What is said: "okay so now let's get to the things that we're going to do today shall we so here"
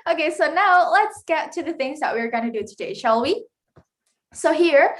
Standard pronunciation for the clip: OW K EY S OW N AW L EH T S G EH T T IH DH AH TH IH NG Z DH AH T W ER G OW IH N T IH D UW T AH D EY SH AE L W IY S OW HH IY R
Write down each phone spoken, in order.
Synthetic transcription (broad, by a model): OW K EY S OW N AW L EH T S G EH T T IH DH AH TH IH NG Z DH AH T W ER G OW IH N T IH D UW T AH D EY SH AE L W IY S OW HH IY R